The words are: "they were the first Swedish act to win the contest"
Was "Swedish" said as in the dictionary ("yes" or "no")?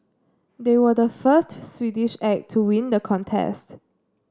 yes